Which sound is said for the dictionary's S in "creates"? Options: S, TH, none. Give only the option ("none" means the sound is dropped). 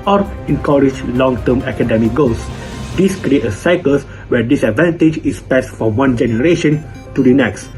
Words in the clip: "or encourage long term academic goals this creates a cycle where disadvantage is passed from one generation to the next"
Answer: none